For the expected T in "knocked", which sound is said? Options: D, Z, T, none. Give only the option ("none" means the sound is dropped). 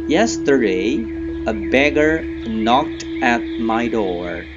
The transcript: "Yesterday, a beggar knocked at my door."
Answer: T